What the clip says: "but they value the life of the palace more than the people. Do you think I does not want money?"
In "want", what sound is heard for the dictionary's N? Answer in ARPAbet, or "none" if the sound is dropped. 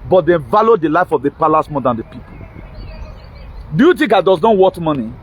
none